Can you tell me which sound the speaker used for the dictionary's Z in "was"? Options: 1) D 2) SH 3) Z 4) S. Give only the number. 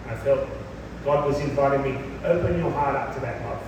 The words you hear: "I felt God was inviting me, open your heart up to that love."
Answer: 3